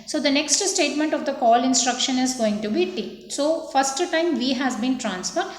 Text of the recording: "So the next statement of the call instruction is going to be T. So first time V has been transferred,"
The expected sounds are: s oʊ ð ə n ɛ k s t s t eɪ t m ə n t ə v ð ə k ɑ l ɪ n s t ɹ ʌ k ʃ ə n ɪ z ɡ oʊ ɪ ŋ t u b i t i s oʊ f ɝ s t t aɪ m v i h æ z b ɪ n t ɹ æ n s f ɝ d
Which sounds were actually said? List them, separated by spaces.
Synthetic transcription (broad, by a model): s oʊ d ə n ɛ k s t s t eɪ t m ə n t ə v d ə k ɑ l ɪ n s t ɹ ʌ k ʃ ə n ɪ z ɡ oʊ ɪ ŋ t u b i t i s oʊ f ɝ s t t aɪ m v i h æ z b ɪ n t ɹ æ n s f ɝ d